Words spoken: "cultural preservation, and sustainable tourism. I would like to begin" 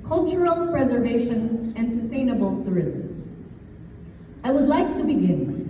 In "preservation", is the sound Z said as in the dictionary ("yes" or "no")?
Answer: yes